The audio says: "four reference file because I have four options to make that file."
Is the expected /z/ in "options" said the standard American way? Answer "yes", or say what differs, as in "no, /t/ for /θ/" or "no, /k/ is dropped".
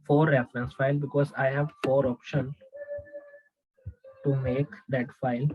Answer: no, /z/ is dropped